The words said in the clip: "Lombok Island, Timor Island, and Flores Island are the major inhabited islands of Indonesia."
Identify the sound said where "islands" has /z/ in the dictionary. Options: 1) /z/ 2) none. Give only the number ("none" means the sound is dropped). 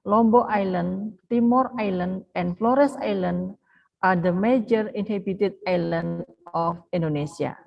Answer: 2